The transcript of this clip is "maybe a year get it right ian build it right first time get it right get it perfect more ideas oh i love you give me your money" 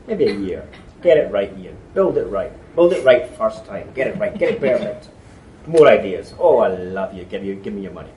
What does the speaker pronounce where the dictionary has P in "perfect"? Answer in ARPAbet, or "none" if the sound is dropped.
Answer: B